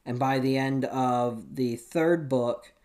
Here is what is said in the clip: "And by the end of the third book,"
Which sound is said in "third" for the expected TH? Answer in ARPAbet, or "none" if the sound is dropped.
TH